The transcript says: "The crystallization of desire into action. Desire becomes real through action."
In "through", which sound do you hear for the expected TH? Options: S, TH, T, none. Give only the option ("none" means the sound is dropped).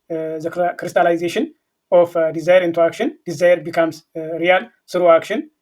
S